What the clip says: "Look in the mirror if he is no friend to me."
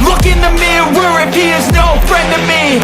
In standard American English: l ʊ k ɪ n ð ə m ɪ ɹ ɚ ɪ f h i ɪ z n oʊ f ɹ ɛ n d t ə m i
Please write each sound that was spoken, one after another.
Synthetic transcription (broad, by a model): l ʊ k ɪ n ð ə m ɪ w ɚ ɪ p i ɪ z n oʊ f ɹ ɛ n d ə m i